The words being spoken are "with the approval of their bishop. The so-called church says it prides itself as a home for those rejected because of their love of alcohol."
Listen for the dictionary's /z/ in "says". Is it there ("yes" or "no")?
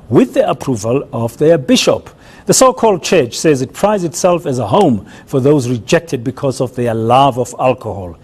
yes